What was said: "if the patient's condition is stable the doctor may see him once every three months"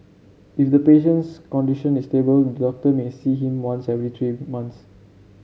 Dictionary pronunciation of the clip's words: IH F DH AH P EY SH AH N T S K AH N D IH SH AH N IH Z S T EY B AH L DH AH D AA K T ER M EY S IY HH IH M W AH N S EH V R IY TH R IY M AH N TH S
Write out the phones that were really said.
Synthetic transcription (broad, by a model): IH F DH AH P EY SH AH N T S K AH N D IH SH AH N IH S T EY B AH L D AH D AA K T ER M EY S IY HH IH M W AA N S EH V R IY T R IY M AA N T S